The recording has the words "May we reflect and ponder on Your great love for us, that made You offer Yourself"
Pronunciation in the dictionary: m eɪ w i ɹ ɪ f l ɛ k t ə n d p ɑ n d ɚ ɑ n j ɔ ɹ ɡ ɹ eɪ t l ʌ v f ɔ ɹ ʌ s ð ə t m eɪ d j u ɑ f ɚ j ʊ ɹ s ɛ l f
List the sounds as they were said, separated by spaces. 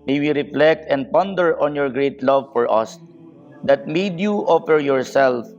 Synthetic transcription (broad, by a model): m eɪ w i ɹ ɪ f l ɛ k t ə n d p ɑ n d ɚ ɑ n j ɔ ɹ ɡ ɹ eɪ t l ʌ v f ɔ ɹ ʌ s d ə t m eɪ d j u ɑ f ɚ j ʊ ɹ s ɛ l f